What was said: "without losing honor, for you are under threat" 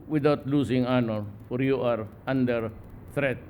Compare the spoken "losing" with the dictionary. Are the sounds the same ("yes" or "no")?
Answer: no